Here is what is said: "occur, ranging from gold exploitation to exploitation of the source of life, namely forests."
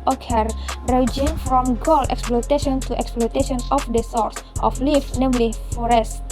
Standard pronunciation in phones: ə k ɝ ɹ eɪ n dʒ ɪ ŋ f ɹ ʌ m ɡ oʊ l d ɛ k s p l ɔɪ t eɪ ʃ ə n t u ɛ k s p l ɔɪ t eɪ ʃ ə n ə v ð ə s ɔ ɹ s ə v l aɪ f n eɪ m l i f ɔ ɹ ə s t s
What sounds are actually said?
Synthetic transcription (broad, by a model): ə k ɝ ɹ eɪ dʒ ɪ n f ɹ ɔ m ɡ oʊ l ɛ k s p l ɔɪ t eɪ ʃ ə n t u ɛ k s p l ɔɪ t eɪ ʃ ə n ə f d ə s ɔ ɹ s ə f l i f n eɪ m l i f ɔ ɹ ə s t